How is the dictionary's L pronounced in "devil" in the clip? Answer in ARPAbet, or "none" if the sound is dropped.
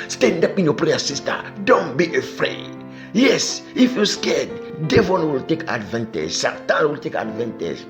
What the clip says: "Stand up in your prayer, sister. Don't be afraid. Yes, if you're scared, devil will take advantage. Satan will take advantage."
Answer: N